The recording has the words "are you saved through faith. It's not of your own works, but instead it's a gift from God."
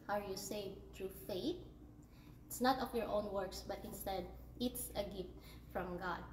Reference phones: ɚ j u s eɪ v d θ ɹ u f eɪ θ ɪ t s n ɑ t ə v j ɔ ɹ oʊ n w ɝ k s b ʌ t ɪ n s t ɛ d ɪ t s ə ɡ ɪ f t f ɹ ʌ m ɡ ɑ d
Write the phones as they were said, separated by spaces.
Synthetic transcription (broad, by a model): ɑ j u s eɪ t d ɹ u f eɪ t ɪ t s n ɑ t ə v j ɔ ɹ oʊ n w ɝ k s b ʌ t ɪ n s t ɛ d ɪ t s ə ɡ ɪ f t f ɹ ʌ m ɡ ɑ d